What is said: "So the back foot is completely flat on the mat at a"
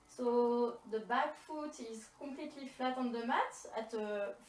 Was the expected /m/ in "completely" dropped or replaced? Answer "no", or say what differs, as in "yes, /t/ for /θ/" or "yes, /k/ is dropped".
yes, /m/ is dropped